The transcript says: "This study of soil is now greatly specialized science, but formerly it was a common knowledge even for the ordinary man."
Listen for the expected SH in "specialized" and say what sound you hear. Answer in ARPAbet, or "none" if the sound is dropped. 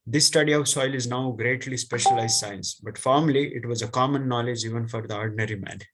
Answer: SH